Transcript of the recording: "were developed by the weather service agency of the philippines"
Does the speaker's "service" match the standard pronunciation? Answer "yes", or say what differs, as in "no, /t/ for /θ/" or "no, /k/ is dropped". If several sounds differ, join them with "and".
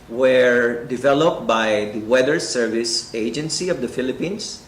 yes